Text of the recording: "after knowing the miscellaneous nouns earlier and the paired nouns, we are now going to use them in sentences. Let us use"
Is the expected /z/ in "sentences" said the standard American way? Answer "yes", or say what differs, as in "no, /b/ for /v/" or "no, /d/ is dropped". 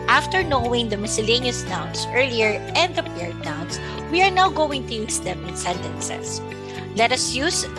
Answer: no, /s/ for /z/